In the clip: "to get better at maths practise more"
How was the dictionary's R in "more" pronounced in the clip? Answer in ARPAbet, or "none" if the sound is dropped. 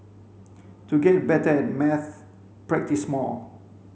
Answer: L